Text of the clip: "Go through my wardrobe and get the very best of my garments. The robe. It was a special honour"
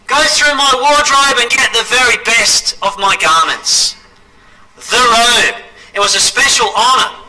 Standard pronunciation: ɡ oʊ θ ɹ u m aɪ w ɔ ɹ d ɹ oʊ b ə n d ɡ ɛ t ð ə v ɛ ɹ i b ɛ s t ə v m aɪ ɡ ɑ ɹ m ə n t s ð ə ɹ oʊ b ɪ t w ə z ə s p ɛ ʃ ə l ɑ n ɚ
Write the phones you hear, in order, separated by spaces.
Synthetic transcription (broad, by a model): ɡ oʊ θ ɹ u m aɪ w ɔ ɹ d ɹ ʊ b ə n ɡ ɛ t ð ə v ɛ ɹ i b ɛ s t ə v m aɪ ɡ ɑ ɹ m ə n t s ð ə ɹ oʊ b ɪ t w ə z ə s p ɛ ʃ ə l ɑ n ɚ